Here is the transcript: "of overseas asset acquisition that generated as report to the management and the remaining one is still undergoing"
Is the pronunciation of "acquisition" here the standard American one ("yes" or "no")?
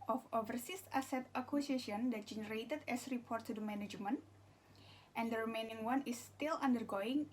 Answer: no